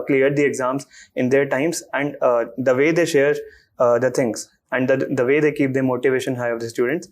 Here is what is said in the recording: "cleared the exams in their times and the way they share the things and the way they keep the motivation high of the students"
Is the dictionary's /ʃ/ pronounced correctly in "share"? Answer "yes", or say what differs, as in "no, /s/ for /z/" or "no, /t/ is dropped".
yes